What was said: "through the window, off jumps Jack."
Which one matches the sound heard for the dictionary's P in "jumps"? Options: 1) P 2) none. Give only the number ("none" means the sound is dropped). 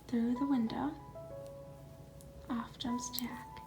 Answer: 2